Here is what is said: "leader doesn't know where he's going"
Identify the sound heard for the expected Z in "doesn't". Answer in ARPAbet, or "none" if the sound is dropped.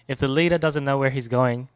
Z